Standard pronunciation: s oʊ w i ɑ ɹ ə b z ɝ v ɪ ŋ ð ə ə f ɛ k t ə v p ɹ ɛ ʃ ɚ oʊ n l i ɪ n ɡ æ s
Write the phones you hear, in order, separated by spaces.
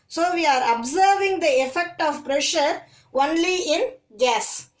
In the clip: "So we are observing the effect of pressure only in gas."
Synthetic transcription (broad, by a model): s oʊ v i ɑ ɹ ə b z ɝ v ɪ ŋ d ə ə f ɛ k t ə v p ɹ ɛ ʃ ɚ oʊ n l i ɪ n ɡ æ s